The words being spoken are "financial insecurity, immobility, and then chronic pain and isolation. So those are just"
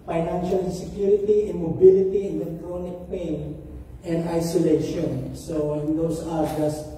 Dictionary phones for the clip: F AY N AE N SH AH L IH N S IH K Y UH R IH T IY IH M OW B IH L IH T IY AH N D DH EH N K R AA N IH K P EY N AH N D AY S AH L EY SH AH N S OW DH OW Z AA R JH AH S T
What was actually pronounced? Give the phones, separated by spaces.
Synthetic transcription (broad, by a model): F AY N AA N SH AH L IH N S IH K Y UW R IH T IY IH M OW B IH L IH T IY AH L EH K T R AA N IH K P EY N AH N D AY S AH L EY SH AH N S OW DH OW S AA R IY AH S